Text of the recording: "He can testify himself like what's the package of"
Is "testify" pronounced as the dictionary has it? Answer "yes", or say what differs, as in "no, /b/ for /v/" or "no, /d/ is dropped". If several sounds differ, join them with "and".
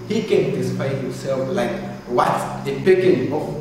no, /f/ is dropped